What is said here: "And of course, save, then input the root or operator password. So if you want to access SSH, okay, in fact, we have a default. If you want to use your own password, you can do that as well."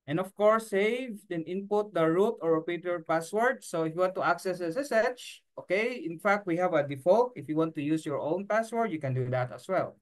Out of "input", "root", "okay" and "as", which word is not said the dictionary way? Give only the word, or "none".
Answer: as